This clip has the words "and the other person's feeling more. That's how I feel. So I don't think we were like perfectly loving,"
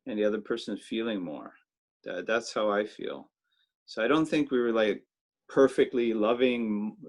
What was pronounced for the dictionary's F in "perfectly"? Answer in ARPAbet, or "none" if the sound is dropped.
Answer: F